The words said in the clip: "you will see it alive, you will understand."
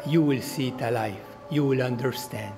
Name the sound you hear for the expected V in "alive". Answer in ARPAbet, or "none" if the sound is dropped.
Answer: F